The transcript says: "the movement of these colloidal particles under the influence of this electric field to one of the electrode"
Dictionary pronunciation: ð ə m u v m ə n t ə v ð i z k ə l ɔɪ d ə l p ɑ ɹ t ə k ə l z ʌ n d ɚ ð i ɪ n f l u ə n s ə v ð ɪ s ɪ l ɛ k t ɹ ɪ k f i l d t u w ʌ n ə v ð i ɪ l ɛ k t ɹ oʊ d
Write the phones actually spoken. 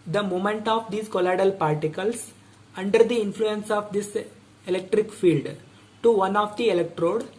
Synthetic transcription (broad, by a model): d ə m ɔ m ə n t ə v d i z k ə l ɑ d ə l p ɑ ɹ t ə k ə l s ʌ n d ɚ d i ɪ n f l u ə n s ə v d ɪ s ɪ l ɛ k t ɹ ɪ k f i l d t u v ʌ n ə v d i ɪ l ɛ k t ɹ oʊ d